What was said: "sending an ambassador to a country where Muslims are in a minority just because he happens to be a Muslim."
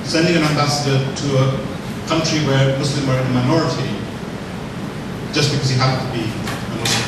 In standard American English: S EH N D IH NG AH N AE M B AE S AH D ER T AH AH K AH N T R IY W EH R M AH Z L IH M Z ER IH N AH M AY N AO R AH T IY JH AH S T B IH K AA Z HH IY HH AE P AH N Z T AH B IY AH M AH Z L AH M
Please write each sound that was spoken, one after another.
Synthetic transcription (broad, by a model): S EH N D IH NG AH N AE M B AE S AH D ER T AH AH K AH N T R IY W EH R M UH S L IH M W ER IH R AH M AY N AO R AH T IY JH AH S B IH K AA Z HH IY HH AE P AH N T AH B IY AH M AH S